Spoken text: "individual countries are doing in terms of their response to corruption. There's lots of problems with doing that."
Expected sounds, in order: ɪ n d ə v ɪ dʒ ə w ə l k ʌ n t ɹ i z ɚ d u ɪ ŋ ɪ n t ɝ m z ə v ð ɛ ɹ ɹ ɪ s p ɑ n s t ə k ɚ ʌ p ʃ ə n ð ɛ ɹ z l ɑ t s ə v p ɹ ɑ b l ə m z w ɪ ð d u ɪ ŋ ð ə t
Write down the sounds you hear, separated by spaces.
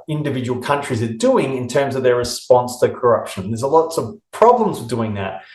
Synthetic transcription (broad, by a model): ɪ n d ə v ɪ dʒ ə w l k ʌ n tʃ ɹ i z ɚ d u ɪ ŋ ɪ n t ɝ m z ə v ð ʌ ɹ ɹ ɪ s p ɑ n s t ə k ɚ ʌ p ʃ ə n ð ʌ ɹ z l ɑ t s ə v p ɹ ɑ b l ə m z w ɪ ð d u ɪ ŋ ð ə t